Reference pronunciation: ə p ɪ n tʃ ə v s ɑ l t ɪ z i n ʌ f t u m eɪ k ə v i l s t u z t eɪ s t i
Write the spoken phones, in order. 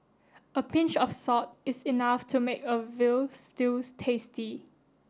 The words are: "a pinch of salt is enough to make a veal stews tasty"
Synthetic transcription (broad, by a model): ə p ɪ n tʃ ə f s ɑ t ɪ s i n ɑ f t u m eɪ k ə v i l s t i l t eɪ s t i